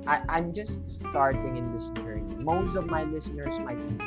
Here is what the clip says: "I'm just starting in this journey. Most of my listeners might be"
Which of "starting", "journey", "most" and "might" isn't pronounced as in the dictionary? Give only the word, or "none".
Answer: journey